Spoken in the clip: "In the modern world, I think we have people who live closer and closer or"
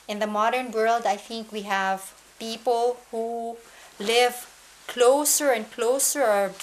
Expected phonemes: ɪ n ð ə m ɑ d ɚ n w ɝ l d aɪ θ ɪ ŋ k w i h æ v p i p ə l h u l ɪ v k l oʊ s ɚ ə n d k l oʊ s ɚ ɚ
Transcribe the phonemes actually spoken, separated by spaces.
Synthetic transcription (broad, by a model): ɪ n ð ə m ɑ d ɚ n w ɝ l d aɪ θ ɪ ŋ k w i h æ v p i p ə l h u l ɪ v k l oʊ s ɚ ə n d k l oʊ s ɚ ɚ